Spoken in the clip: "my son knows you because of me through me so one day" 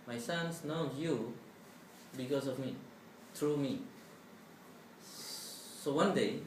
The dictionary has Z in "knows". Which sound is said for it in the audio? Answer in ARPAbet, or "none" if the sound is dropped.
none